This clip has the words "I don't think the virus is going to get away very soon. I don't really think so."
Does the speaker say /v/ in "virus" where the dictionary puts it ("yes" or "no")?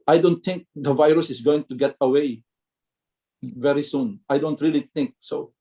yes